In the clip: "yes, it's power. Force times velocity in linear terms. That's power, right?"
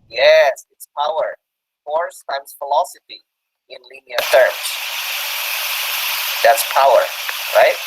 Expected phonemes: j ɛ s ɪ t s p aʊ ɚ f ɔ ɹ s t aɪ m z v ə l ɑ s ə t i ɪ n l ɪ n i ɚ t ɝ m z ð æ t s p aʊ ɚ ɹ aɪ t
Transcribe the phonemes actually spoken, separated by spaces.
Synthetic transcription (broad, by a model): j ɛ s ɪ t s p aʊ ɚ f ɔ ɹ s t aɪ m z f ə l ɑ s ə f i ɪ n l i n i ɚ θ ɝ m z ð æ t s p aʊ ɚ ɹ aɪ t